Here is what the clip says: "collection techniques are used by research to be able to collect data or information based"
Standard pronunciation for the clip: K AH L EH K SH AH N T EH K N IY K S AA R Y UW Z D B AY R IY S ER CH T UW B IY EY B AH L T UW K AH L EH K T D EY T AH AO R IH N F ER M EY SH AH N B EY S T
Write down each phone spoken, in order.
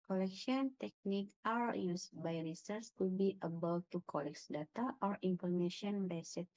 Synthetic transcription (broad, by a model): K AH L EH K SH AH N T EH K N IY K AA R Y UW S B AY R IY S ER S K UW B IY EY B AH L T UW K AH L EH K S D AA T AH AO R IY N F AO M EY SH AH N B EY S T